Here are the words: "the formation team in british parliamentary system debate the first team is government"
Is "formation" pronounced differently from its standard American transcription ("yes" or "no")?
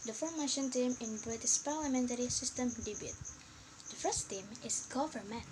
no